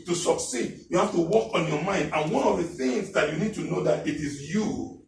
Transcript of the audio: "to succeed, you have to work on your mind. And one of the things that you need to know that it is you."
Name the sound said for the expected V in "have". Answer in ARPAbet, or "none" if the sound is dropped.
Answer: F